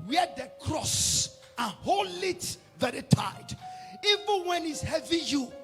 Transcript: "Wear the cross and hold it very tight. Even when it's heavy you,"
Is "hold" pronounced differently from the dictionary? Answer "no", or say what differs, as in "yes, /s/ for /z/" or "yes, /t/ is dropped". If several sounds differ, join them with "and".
yes, /d/ is dropped